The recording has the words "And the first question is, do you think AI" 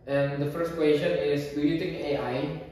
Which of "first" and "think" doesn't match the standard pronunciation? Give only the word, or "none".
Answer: think